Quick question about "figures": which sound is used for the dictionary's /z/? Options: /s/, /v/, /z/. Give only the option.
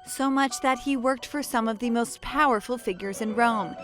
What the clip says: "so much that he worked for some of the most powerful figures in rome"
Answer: /z/